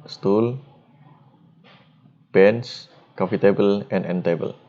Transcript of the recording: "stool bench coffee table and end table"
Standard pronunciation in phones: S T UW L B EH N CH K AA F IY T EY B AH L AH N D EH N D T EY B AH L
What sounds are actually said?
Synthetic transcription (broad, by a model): S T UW L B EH N S K AA F IY T EY B AH L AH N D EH N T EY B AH L